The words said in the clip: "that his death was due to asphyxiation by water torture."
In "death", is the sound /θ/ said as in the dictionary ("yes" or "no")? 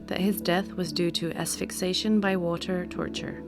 yes